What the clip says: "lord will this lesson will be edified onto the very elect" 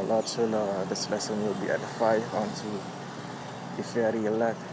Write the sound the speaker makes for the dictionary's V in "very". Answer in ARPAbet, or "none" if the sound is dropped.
F